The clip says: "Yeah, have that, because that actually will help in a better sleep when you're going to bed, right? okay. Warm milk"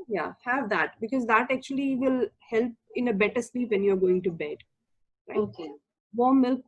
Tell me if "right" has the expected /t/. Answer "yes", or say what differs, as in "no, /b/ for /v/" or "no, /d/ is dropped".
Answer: no, /t/ is dropped